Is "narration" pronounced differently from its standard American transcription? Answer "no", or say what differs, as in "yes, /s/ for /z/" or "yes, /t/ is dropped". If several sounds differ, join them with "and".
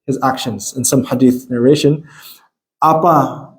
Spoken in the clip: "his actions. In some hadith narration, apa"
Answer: no